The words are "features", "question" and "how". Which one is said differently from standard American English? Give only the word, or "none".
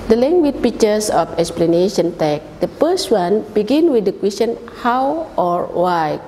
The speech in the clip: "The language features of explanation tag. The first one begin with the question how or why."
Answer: features